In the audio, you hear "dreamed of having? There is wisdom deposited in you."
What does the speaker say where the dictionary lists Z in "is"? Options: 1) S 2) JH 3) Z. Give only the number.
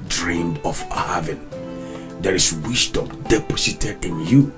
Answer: 1